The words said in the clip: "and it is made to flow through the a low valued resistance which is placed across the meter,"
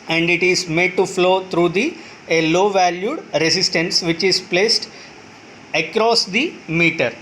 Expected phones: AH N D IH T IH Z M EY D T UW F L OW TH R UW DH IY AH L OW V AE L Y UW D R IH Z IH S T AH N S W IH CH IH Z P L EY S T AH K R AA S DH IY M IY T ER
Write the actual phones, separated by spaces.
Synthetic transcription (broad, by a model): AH N D IH T IH Z M EY D T UW F L OW T R UW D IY AH L OW V AE L Y UW D R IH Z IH S T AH N S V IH CH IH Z P L EY S T AH K R AA S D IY M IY T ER